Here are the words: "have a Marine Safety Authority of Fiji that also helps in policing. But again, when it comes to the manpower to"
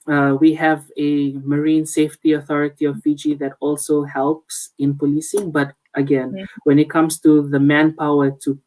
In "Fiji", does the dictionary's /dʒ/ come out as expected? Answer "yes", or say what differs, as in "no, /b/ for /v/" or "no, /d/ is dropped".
yes